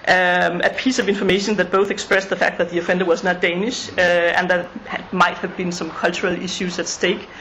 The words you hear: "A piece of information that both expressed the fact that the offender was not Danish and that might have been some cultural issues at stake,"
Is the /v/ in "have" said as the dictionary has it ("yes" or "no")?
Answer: yes